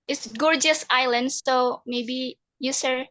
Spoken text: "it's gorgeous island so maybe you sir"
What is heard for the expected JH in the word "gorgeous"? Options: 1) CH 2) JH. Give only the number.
2